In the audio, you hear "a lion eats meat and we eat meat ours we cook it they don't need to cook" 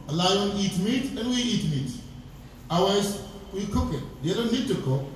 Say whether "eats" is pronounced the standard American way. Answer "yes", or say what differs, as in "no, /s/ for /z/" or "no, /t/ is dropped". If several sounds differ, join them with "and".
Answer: no, /s/ is dropped